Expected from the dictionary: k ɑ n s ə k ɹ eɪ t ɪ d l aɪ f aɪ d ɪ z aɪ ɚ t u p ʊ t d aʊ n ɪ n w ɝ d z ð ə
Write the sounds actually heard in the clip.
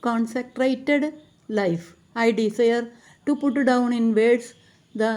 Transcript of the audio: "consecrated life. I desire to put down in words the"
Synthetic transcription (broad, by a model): k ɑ n s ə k ɹ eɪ t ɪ d l aɪ f aɪ d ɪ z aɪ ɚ t u p ʊ t d aʊ n ɪ n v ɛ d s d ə